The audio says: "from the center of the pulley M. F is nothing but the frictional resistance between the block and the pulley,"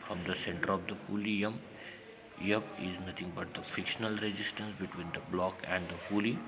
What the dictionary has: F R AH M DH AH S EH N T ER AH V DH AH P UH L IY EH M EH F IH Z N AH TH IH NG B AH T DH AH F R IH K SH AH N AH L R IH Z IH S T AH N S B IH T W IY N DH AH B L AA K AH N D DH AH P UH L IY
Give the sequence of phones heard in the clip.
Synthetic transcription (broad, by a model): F R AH M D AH S EH N T ER AH V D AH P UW L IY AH M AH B IH Z N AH T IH NG B AH T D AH F IH K SH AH N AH L R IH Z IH S T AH N S B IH T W IY N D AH B L AA K AH N D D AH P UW L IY